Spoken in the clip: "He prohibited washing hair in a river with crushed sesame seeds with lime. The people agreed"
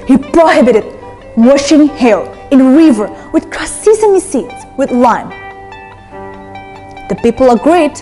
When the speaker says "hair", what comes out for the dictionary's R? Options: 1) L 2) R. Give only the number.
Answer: 1